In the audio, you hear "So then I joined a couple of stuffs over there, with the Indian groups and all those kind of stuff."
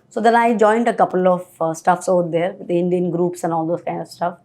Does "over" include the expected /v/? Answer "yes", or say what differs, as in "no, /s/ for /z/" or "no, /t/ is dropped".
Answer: no, /v/ is dropped